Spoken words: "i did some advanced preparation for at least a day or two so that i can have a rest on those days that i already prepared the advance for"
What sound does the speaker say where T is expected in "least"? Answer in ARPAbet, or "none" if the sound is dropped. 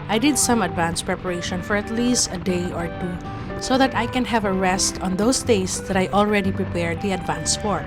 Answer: T